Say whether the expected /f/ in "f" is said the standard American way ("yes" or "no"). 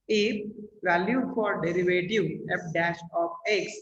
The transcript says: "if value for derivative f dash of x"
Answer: no